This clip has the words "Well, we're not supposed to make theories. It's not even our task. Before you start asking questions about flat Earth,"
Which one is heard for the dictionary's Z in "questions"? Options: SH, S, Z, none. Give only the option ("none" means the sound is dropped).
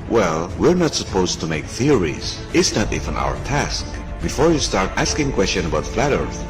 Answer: none